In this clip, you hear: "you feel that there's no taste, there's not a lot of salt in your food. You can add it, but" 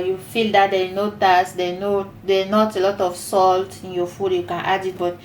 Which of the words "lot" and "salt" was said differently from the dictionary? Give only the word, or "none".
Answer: none